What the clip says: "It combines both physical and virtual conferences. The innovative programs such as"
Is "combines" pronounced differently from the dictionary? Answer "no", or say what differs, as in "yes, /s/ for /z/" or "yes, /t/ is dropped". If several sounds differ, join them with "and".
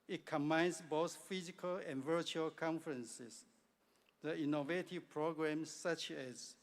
yes, /s/ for /z/